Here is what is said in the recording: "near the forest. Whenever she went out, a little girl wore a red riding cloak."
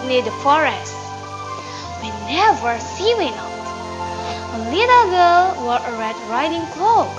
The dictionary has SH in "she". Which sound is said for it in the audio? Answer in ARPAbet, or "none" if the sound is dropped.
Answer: S